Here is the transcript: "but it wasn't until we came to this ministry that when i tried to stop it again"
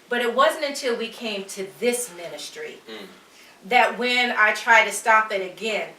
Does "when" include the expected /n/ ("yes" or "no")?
yes